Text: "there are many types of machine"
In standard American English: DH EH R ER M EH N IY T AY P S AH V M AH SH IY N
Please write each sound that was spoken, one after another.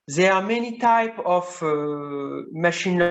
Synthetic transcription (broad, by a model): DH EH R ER M EH N IY T AY P AH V M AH SH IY N